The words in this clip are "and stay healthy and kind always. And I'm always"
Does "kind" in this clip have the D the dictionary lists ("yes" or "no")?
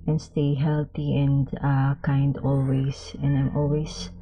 yes